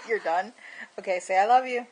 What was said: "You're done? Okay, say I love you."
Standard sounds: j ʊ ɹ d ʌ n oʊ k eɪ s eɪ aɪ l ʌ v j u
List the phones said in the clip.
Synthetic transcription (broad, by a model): j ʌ ɹ d ʌ n oʊ k eɪ s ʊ aɪ l ʌ v j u